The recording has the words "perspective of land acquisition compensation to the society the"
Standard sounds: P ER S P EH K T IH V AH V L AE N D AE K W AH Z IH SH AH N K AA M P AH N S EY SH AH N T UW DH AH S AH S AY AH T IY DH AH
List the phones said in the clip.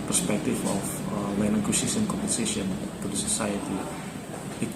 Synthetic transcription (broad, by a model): P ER S P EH K T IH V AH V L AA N AA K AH S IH S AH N K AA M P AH N S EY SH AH N T UW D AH S AH S AY AH T IY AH